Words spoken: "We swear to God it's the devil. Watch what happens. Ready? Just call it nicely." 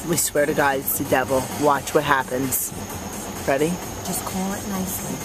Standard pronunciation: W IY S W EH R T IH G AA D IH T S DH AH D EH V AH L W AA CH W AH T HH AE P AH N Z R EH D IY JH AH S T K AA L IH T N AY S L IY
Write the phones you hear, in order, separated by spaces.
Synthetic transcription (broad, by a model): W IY S W EH R T IH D AA IH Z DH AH D EH V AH L W AA CH W AH T HH AE P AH N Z R EH D IY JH AH S K AA L IH T N AY S L IY